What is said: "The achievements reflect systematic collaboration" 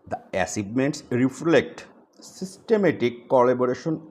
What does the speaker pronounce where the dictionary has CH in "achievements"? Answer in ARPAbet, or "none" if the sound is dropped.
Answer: S